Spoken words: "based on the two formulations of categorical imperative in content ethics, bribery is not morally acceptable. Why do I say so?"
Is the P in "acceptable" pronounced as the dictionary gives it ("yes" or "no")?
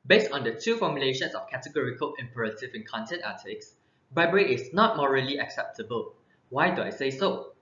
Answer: yes